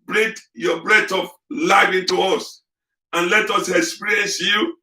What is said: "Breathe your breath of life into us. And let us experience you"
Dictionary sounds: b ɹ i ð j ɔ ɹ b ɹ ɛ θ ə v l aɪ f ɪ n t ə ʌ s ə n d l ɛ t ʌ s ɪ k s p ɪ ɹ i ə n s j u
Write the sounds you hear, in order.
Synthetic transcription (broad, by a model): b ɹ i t j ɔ b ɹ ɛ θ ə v l aɪ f ɪ n t ə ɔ s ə n l ɛ t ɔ s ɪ k s p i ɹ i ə n s j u